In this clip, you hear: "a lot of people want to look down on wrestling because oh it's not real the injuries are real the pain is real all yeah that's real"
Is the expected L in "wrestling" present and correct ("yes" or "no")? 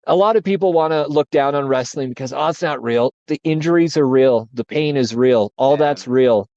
yes